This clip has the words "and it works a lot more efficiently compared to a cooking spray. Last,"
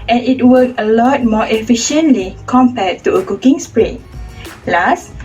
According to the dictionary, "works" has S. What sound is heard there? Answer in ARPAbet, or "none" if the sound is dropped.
none